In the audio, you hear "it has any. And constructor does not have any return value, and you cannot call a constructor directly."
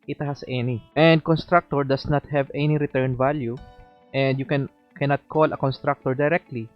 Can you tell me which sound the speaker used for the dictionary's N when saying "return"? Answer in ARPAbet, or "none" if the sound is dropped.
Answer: N